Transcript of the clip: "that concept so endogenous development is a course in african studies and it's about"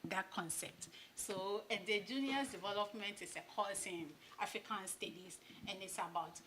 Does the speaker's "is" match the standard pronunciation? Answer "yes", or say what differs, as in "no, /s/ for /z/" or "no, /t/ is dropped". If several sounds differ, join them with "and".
no, /s/ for /z/